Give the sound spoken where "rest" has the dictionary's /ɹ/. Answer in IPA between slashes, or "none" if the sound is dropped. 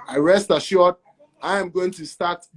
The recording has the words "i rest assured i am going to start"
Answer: /ɹ/